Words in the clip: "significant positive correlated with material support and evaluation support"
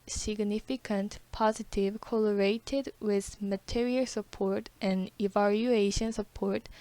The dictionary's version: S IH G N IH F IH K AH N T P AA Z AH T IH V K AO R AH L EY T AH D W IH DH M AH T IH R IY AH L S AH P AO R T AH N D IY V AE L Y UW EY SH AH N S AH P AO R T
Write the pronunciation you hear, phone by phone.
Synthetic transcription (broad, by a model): S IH G N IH F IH K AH N T P AA Z AH T IH V K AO L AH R EY T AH D W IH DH M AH T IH R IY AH L S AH P AO R T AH N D IY V AE L Y UW EY SH AH N S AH P AO R T